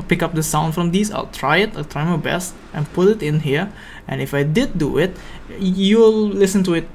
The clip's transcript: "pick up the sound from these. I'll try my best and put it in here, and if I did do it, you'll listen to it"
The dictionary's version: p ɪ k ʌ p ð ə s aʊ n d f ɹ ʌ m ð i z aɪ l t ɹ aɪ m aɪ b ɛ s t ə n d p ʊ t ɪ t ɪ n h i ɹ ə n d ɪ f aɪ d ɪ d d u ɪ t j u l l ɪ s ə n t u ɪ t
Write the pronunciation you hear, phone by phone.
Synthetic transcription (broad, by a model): p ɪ k ʌ p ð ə s aʊ n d f ɹ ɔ m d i s aɪ l t ɹ aɪ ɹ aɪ b ɛ s t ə n p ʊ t ɪ t ɪ n h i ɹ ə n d ɪ f aɪ d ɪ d d u ɪ t j u l l ɪ s ə n t u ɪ t